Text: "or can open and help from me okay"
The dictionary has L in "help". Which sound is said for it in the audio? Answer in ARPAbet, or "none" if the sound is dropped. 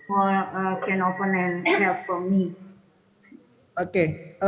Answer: none